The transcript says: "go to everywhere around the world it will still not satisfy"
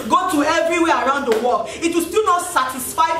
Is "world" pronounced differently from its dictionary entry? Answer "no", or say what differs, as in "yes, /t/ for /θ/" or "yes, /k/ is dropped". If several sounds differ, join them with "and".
yes, /d/ is dropped